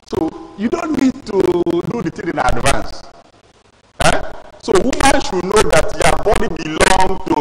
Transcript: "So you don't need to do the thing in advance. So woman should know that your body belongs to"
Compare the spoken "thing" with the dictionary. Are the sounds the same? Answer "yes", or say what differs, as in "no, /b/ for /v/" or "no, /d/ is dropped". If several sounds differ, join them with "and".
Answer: no, /t/ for /θ/